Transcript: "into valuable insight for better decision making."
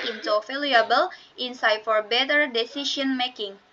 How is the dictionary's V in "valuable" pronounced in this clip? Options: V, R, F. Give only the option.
F